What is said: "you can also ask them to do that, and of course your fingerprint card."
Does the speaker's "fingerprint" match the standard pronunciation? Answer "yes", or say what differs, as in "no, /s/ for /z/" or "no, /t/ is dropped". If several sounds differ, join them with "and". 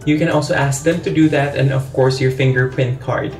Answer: yes